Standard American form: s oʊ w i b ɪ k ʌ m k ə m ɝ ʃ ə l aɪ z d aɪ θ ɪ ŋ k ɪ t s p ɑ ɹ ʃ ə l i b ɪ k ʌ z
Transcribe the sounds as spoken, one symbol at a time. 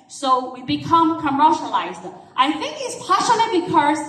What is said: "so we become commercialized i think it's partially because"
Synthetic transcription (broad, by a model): s oʊ w i b ɪ k ʌ m k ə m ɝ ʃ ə l aɪ z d aɪ θ ɪ ŋ k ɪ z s p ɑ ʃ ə n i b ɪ k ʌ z